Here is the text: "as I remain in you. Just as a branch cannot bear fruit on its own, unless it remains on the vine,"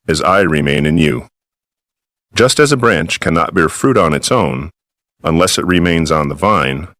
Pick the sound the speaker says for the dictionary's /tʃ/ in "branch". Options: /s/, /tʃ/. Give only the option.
/tʃ/